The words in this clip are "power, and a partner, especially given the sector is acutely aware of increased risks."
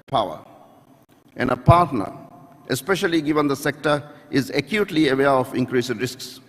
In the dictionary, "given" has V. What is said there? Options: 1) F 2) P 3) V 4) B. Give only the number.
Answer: 3